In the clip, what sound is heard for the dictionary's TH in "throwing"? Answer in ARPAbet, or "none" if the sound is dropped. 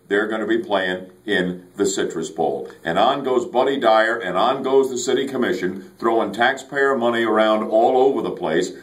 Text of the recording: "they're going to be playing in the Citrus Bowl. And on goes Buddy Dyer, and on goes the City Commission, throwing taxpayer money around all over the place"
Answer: TH